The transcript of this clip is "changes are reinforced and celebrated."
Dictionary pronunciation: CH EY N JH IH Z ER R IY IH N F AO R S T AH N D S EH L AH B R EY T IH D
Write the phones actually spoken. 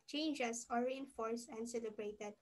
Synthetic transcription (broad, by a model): CH EY N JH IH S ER R IY IH N F AO R S T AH N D S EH L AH B R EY T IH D